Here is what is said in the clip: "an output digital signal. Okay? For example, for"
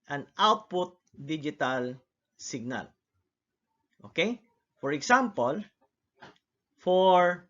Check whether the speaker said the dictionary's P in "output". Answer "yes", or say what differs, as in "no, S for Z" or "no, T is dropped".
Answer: yes